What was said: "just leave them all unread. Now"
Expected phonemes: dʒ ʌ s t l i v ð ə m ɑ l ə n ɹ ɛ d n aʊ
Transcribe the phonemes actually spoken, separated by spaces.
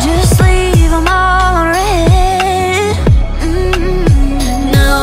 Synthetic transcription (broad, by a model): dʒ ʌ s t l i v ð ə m ɑ l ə ɹ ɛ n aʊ